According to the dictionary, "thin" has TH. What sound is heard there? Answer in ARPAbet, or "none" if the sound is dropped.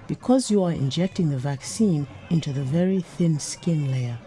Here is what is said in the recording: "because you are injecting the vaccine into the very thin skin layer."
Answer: TH